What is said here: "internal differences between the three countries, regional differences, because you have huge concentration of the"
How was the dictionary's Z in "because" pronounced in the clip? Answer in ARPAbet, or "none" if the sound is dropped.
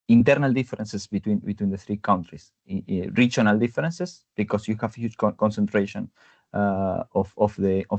S